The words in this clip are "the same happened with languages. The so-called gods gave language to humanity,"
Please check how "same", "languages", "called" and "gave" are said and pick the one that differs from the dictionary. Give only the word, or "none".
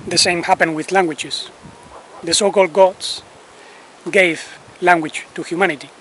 languages